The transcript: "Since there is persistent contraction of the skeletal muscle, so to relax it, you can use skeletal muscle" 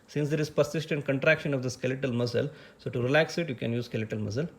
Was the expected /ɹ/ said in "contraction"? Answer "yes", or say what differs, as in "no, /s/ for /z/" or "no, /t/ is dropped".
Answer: yes